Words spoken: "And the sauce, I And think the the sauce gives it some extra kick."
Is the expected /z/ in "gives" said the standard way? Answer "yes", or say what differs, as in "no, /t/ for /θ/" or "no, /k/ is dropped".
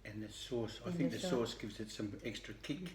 yes